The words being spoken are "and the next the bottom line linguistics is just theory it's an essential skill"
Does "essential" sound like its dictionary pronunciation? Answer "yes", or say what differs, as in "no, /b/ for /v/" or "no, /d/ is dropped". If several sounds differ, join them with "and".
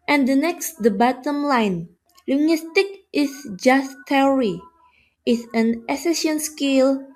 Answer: no, /n/ is dropped and /n/ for /l/